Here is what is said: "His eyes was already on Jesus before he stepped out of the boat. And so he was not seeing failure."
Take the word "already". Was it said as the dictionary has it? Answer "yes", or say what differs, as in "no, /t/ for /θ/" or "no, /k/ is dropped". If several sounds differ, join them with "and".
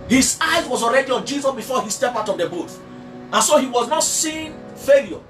yes